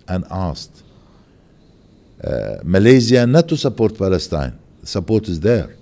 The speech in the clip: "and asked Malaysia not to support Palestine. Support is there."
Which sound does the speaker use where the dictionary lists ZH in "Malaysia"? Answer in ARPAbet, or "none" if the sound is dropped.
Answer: Z